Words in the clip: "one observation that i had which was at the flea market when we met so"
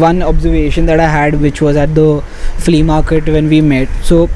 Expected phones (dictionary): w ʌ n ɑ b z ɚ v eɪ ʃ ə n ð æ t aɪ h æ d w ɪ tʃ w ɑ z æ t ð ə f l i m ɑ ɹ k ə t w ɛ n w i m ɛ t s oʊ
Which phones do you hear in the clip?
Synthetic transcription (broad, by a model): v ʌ n ɑ b z ɚ v eɪ ʃ ə n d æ t aɪ h æ d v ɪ tʃ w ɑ z æ t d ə f l i m ɑ ɹ k ə t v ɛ n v i m ɛ t s oʊ